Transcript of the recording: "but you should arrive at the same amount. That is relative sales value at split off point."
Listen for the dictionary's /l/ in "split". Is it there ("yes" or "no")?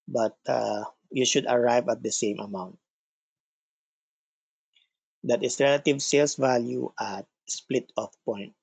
yes